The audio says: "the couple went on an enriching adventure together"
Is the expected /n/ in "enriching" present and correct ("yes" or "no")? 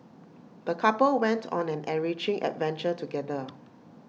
no